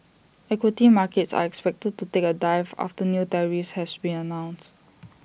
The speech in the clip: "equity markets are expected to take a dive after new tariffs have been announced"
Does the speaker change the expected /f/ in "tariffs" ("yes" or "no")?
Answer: yes